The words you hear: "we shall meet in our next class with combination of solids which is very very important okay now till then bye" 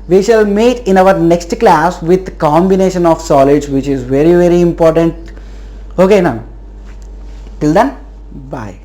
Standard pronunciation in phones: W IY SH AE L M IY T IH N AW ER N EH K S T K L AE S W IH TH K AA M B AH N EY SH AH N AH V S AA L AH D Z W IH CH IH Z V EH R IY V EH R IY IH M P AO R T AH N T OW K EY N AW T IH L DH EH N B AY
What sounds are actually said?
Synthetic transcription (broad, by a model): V IY SH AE L M IY T IH N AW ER N EH K S T K L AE S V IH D K AA M B AH N EY SH AH N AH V S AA L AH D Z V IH CH IH Z V EH R IY V EH R IY IH M P AO R T AH N T OW K EY N AW T IH L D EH N B AY